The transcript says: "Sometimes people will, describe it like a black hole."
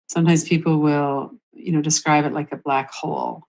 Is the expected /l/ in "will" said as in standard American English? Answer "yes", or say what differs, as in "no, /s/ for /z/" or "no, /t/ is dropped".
no, /n/ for /l/